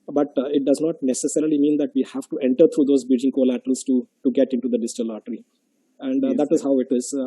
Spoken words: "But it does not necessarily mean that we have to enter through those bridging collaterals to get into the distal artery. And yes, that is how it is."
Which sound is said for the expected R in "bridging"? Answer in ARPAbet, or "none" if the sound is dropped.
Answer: none